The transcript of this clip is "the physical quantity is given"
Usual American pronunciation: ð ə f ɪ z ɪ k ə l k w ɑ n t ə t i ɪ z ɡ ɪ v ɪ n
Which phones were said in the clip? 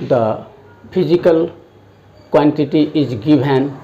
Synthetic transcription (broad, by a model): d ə p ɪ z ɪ k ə l k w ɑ n t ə t i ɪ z ɡ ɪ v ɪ n